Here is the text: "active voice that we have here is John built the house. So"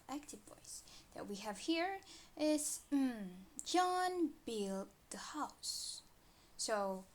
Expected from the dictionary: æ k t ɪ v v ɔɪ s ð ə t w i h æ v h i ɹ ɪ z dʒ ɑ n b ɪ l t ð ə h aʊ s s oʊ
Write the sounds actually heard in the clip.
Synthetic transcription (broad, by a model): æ k t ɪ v b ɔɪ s ð ə t w i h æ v h i ɹ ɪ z dʒ ɑ n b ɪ l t ð ə h aʊ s s oʊ